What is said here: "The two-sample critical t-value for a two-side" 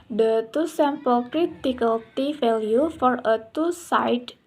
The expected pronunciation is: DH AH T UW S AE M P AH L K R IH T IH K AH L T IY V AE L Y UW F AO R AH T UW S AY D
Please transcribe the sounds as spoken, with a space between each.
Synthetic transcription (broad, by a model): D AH T UW S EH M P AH L K R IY T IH K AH L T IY F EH L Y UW F AO R AH T UW S AY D